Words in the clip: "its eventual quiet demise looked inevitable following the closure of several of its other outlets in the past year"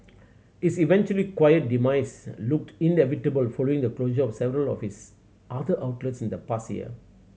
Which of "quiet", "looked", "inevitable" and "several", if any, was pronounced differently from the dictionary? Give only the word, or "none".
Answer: none